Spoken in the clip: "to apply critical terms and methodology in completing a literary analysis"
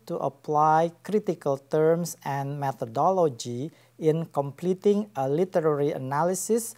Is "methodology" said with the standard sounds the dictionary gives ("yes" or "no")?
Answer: no